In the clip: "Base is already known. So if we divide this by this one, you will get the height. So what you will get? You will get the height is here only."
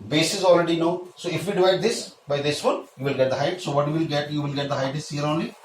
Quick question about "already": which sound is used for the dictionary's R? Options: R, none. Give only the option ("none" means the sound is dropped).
R